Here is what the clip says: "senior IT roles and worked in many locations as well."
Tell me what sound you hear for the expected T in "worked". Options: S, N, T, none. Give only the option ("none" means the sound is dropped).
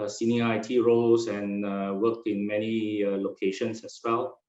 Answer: none